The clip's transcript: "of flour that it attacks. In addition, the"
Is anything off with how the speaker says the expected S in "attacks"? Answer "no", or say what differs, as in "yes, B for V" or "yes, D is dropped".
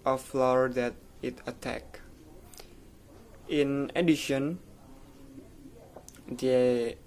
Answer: yes, S is dropped